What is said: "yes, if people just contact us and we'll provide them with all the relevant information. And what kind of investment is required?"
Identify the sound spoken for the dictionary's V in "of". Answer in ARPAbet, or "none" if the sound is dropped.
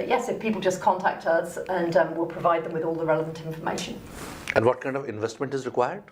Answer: V